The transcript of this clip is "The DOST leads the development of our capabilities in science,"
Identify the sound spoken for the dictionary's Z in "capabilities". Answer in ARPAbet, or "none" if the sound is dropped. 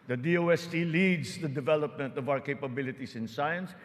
S